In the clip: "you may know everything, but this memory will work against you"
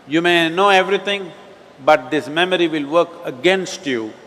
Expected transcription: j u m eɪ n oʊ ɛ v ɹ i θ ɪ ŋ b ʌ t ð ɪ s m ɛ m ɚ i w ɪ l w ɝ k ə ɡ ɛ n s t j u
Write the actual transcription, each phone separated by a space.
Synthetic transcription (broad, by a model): j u m eɪ n oʊ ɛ v ɹ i t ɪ ŋ b ʌ t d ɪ s m ɛ m ɚ i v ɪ l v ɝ k ə ɡ ɛ n s t j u